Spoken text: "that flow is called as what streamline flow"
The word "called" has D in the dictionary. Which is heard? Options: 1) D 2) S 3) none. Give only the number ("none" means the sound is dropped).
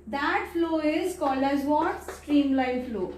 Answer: 3